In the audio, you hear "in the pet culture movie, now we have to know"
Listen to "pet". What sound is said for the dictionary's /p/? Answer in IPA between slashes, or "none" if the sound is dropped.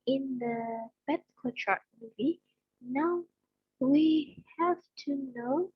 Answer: /b/